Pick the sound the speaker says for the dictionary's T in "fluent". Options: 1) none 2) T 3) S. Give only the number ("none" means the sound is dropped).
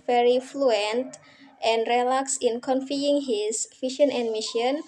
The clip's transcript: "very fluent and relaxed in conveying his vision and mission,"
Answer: 2